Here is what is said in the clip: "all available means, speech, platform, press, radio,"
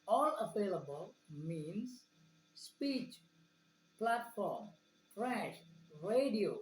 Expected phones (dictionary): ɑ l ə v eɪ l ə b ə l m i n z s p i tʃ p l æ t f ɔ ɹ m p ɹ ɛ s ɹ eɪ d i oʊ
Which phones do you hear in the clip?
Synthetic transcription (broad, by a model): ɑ l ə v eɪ l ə b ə l m i n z s p i tʃ p l æ t f ɔ ɹ m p ɹ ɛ ʃ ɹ eɪ d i oʊ